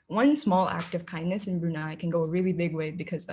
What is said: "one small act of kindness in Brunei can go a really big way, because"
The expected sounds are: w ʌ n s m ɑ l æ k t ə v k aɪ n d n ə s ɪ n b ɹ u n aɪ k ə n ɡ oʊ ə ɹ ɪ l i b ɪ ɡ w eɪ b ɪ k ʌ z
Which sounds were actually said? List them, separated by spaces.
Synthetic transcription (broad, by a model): w ʌ n s m ɑ l æ k t ə v k aɪ n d n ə s ɪ n b ɹ u n aɪ k ə n ɡ oʊ ə ɹ ɪ l i b ɪ ɡ w eɪ b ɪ k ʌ z